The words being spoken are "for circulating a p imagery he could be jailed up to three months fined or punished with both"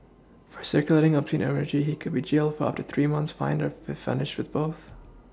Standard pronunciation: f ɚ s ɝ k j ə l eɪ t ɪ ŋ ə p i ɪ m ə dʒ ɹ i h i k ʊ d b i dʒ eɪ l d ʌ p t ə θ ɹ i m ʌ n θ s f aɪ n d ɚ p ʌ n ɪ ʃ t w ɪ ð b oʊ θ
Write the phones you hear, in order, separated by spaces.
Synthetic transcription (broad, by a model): f ɚ s ɝ k j ə l eɪ t ɪ ŋ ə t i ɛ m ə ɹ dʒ i h i k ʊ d b i dʒ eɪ l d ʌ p t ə θ ɹ i m ʌ n θ s f aɪ n d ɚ f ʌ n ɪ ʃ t w ɪ ð b oʊ θ